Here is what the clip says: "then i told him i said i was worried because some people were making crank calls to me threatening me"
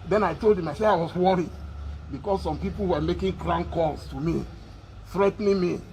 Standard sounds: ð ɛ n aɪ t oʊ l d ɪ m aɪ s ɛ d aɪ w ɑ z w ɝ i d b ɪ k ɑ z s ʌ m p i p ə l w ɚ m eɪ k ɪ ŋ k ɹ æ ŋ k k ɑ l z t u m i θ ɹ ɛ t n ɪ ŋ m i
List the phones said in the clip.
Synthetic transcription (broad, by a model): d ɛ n aɪ t oʊ l d ɪ m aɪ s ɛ aɪ w ɑ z w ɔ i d b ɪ k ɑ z s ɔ m p i p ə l w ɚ m eɪ k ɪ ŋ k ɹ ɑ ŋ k k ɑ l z t u m i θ ɹ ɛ t n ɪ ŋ m i